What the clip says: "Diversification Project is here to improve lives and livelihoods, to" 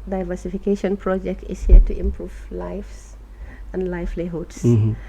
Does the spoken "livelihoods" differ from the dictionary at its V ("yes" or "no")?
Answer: yes